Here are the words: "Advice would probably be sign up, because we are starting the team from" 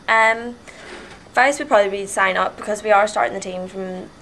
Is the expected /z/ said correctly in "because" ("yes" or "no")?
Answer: yes